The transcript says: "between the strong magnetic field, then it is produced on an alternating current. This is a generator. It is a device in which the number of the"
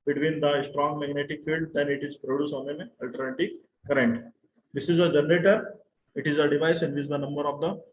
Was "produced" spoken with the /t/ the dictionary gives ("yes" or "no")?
no